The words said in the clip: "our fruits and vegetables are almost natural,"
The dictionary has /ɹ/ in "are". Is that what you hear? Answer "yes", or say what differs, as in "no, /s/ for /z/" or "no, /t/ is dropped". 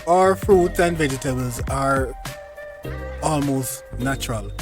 yes